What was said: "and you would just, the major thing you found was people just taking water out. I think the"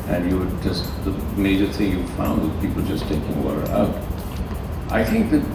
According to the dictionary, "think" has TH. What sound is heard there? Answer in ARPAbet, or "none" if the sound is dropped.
TH